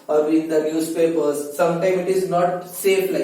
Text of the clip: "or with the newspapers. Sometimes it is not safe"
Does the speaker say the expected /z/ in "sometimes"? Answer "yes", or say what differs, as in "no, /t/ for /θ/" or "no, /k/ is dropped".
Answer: no, /z/ is dropped